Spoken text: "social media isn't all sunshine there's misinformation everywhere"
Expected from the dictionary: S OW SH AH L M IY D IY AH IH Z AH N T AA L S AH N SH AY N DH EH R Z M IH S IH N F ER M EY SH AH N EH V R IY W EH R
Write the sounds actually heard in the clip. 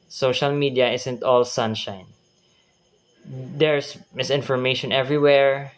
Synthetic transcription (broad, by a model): S OW SH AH L M IY D IY AH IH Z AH N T AA L S AH N SH AY N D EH R S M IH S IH N F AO M EY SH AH N EH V R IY W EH R